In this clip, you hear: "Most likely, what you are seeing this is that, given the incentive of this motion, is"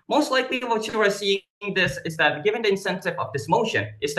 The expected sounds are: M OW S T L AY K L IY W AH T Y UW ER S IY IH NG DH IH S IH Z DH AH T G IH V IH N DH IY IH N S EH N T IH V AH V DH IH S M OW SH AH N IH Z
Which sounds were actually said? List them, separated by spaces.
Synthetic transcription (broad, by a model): M OW S T L AY K L IY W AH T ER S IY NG DH IH S IH Z DH AH T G IH V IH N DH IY IH N S EH N T IH V AH V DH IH S M OW SH AH N IH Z